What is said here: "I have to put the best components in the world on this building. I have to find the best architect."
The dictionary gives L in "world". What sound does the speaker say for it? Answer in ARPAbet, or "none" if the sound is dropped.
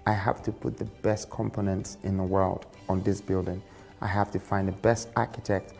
L